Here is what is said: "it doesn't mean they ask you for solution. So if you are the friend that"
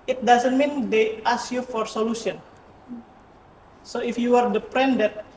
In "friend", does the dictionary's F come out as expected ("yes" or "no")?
no